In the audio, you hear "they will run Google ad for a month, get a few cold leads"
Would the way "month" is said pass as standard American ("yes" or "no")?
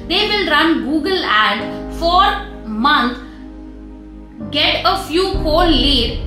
no